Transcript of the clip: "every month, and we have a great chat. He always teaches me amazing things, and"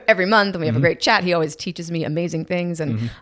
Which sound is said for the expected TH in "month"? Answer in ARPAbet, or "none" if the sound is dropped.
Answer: TH